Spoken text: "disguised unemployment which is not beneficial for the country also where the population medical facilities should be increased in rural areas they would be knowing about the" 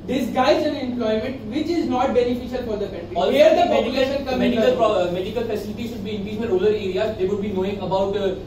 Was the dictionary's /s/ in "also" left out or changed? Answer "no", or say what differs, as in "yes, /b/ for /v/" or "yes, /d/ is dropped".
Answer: yes, /s/ is dropped